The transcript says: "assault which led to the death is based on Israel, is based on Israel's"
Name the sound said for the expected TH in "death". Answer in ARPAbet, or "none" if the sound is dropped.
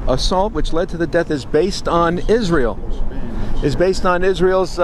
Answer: TH